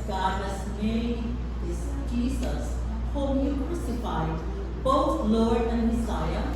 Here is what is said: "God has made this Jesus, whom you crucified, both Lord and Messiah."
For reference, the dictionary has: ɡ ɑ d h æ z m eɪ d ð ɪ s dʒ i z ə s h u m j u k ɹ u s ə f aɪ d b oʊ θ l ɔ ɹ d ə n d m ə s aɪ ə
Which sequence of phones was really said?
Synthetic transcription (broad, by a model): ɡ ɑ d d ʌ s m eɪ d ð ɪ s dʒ i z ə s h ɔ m j u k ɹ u s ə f aɪ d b oʊ t l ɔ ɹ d ə n d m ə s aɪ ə